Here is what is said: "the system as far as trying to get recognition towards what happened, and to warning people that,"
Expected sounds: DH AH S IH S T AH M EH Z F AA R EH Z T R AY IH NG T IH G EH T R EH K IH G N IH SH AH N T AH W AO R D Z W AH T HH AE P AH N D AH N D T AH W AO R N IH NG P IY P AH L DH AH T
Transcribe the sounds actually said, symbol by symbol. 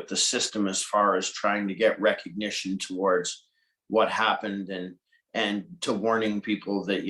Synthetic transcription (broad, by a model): DH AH S IH S T AH M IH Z F AA R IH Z T R AY IH NG T IH G EH T R EH K IH G N IH SH AH N T AH W AO R D Z W AH T HH AE P AH N D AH N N T AH W AO R N IH NG P IY P L DH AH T